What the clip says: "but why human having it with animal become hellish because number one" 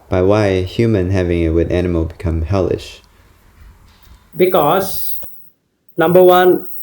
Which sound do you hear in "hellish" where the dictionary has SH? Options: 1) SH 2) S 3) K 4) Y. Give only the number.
1